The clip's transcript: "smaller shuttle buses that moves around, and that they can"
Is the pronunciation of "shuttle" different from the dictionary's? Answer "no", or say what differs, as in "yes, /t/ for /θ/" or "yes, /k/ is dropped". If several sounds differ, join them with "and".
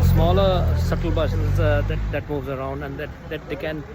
yes, /s/ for /ʃ/